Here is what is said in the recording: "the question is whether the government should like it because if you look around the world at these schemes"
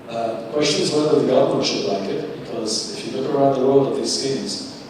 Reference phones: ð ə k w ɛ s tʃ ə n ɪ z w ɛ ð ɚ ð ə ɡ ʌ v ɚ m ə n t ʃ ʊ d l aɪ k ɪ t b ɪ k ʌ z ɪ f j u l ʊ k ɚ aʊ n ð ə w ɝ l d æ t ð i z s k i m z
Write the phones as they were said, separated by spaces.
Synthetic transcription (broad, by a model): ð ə k w ɛ s tʃ ə n ɪ z w ɛ ð ɚ ð ə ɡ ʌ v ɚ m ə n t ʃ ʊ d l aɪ k ɪ t b ɪ k ʌ z ɪ f j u l ʊ k ɚ aʊ n ð ə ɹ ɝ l ʌ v ð i z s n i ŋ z